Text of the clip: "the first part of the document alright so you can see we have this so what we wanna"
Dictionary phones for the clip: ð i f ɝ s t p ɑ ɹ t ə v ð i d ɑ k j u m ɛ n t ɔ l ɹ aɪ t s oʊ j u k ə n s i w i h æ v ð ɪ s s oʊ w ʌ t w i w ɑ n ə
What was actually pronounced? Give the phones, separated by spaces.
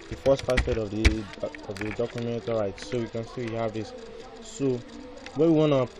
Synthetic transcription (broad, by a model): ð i f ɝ s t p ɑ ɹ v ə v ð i d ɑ k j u m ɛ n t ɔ ɹ aɪ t s oʊ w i k ə n s i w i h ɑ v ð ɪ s s oʊ w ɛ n w i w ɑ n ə